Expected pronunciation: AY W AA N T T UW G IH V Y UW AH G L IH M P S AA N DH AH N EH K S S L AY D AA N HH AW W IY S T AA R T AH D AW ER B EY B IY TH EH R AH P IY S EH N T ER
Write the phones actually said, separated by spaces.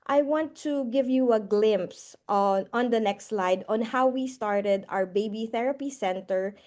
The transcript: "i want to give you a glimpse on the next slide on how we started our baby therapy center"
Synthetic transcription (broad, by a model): AY W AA N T T UW G IH V Y UW AH G L IH M P S AA N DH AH N EH K S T L AY D AA N HH AW W IY S T AA R T AH D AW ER B EY B IY TH EH R AH P IY S EH N T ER